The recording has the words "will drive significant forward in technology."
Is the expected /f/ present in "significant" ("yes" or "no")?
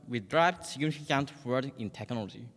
no